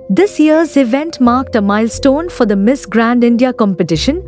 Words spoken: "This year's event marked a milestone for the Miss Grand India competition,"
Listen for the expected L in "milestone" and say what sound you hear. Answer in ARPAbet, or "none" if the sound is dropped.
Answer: L